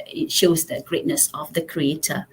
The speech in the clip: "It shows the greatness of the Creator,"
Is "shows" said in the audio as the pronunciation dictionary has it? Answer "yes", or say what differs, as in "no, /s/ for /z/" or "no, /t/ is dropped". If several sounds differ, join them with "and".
yes